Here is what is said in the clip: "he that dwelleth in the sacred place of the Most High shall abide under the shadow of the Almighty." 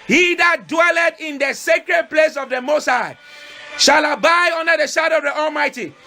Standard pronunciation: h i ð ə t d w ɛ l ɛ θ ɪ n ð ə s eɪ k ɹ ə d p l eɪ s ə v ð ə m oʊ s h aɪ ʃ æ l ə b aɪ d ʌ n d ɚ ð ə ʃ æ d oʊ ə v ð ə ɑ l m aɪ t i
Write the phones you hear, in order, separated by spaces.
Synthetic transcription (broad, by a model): h i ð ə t d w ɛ l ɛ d ɪ n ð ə s eɪ k ɹ ə d p l eɪ s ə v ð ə m oʊ s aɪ ʃ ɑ l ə b aɪ ɔ n d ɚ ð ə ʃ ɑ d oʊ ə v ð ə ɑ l m aɪ t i